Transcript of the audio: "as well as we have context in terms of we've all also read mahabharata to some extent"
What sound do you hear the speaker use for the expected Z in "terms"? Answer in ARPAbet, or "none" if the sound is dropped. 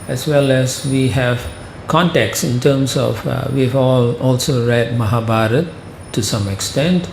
S